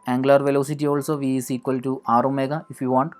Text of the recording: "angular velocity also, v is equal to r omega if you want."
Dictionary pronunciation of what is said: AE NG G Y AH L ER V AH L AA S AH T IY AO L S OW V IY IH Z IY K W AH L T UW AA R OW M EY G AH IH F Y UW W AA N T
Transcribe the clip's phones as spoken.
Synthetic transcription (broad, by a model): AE NG G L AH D V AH L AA S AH T IY AO L S OW V IY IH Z IY K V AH L T UW AA R OW M EY G AH IH F Y UW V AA N T